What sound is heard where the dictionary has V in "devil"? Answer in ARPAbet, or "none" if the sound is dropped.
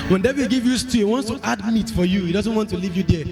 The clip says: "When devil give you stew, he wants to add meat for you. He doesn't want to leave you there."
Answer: B